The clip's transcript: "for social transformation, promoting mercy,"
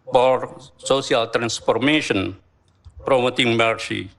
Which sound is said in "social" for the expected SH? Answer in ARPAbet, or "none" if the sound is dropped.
S